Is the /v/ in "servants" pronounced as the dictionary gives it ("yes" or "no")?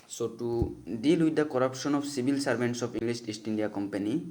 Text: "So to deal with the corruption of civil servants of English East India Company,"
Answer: no